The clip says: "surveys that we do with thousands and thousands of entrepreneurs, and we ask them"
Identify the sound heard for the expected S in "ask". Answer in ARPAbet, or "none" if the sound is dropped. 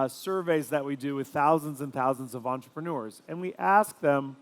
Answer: S